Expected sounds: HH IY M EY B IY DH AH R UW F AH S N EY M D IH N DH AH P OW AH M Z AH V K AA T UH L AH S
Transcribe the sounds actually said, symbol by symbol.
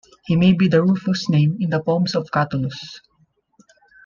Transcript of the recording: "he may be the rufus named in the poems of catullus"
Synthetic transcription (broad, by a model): HH IY M EY B IY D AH R UW F AH S N EY M IH N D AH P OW M S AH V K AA T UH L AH S